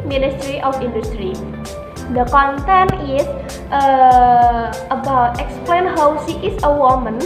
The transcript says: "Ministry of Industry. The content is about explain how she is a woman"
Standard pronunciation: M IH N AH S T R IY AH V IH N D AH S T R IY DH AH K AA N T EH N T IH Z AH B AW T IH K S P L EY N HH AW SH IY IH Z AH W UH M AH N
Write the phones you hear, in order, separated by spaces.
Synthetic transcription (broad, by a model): M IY N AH S T R IY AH F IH N D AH S T R IY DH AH K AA N T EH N T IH AH B AW T IH K S P L EY N HH AW S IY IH S AH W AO M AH N